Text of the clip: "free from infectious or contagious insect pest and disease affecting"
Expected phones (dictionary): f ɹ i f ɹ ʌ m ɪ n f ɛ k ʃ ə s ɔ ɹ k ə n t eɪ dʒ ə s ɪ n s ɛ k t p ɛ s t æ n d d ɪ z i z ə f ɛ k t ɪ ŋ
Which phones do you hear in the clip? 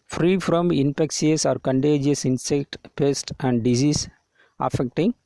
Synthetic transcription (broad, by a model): f ɹ i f ɹ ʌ m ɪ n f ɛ k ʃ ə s ɔ ɹ k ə n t eɪ dʒ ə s ɪ n s ɛ k t p ɛ s t æ n d d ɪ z i s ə f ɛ k t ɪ ŋ